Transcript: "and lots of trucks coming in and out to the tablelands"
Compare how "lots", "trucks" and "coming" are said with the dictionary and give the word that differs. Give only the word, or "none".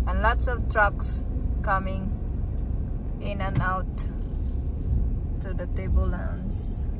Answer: none